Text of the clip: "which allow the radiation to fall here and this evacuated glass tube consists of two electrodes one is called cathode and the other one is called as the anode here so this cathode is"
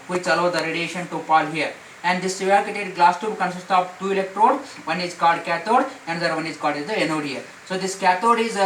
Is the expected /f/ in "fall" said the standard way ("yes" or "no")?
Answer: no